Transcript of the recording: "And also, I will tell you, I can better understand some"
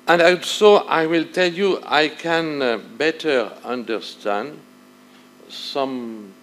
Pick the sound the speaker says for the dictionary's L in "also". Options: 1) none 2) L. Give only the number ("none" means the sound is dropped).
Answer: 1